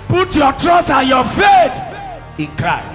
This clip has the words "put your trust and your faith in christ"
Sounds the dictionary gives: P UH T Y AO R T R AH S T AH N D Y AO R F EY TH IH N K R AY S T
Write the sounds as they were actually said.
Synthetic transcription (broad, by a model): P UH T Y AO T R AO S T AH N Y AO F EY T IH N K R AY